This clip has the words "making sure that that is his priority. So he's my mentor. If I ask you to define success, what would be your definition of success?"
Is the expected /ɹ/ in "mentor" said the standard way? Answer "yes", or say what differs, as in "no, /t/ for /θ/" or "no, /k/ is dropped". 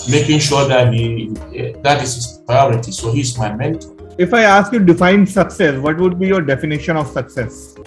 no, /l/ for /ɹ/